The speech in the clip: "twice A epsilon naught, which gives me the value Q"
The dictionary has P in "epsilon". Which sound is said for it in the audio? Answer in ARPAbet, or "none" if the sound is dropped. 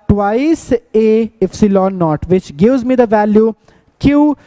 F